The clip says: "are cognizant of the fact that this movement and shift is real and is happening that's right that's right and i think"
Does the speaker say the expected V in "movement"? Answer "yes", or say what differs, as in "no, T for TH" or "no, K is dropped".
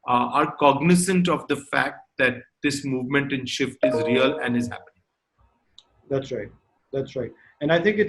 yes